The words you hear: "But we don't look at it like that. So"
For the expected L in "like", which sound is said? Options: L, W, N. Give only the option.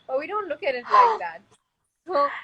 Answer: N